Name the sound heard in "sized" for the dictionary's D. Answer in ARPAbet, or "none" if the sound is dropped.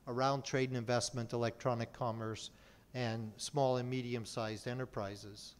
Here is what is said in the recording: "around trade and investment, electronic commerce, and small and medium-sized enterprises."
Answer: D